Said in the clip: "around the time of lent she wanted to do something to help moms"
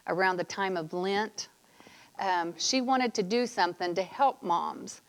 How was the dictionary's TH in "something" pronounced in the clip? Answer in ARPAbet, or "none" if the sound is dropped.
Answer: TH